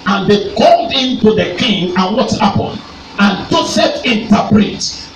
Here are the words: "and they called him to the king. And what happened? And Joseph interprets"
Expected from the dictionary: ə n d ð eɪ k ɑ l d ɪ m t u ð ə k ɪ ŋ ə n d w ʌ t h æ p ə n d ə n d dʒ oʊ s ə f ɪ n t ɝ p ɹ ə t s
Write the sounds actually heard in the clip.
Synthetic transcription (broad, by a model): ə n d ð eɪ k ɑ l d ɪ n t u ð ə k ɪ ŋ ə n w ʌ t h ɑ p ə n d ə n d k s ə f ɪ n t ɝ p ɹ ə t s